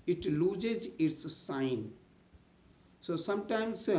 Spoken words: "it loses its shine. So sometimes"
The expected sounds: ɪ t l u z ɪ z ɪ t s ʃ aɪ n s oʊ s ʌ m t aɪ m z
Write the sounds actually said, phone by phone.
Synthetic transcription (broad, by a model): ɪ t l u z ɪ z ɪ t s s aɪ n s oʊ s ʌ m t aɪ m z